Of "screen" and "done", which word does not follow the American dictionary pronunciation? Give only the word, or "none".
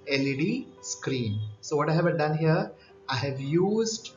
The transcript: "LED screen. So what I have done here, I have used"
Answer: none